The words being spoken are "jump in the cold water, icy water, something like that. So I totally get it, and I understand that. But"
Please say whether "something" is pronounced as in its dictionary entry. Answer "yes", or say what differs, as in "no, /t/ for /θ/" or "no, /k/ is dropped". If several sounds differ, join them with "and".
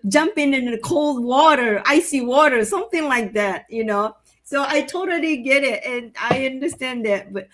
yes